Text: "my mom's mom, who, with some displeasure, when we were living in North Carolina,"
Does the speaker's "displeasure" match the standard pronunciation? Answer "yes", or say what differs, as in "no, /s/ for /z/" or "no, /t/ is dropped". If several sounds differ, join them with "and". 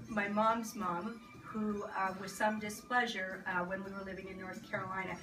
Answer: yes